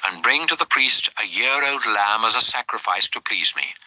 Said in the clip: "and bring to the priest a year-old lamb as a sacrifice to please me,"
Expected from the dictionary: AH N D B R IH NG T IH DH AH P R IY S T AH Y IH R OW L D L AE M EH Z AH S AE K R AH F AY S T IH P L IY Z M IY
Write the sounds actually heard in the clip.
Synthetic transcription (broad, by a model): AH N B R IH NG T IH DH AH P R IY S T AH Y IH R OW L D L AE M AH Z AH S AE K R AH F AY S T IH P L IY Z M IY